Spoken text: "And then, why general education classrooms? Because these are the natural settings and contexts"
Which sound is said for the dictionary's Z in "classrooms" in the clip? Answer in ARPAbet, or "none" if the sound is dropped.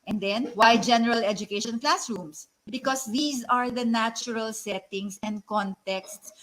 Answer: S